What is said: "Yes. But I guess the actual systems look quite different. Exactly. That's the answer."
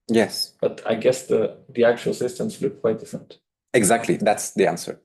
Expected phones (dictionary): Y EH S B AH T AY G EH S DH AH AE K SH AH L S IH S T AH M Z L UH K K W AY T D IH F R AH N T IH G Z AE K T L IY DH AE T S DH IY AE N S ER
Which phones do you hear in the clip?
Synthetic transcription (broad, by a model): Y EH S B AH T AY G EH S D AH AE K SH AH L S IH S T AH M S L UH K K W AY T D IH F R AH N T IH G Z AE K T L IY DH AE T S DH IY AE N S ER